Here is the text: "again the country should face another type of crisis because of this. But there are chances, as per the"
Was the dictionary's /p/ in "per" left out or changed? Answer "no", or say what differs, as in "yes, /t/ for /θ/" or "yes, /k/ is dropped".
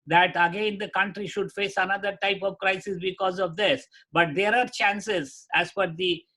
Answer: yes, /f/ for /p/